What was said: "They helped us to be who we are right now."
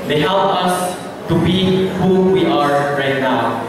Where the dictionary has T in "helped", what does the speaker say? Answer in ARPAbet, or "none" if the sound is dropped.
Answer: none